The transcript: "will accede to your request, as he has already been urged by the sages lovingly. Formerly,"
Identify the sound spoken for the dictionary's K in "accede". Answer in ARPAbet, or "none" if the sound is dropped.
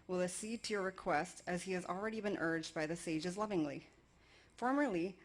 none